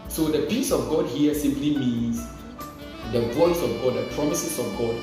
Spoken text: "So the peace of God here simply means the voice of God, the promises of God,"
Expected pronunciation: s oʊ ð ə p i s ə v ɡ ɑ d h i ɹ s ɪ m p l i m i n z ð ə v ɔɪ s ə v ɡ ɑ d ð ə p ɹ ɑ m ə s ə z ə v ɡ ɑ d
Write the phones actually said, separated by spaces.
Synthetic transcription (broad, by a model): s oʊ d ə p i s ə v ɡ ɑ d h i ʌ s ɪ m p l i m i n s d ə b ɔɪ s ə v ɡ ɑ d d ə p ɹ ɑ m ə s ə s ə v ɡ ɑ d